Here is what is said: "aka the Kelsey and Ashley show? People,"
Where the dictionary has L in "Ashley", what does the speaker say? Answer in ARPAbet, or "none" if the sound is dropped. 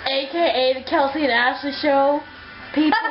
none